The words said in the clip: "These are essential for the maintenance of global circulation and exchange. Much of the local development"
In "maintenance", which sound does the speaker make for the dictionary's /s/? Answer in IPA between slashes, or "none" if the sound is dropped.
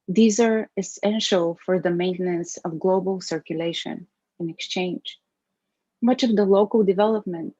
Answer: /s/